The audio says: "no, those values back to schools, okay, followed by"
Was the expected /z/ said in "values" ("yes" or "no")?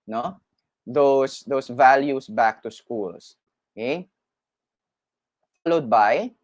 no